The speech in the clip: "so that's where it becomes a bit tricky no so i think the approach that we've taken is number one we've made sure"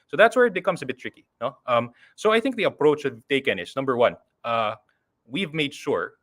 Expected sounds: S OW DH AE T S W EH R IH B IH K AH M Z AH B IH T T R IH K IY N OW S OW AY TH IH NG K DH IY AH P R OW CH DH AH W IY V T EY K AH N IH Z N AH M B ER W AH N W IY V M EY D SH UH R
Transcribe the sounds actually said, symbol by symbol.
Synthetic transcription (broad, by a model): S OW DH AE T S W EH R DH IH K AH M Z AH B IH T T R IH K IY N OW S OW AY TH IH NG K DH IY AH P R OW CH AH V T EY K AH N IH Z N AH M B ER W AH N W IY V M EY D SH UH R